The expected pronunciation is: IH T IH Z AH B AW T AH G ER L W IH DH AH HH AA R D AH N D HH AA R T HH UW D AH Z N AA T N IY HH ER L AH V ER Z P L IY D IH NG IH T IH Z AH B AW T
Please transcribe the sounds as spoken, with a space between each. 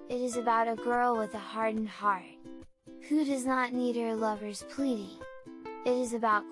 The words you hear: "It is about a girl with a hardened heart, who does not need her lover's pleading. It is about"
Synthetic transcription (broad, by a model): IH T IH Z AH B AW T AH G ER L W IH DH AH HH AA R D N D HH AA R T HH UW D AH Z N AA T N IY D ER L AH V ER Z P L IY D IH NG IH T IH Z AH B AW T